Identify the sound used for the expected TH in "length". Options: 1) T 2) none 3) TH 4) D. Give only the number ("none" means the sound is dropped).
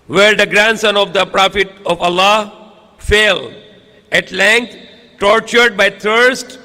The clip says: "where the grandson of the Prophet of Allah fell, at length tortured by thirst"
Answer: 1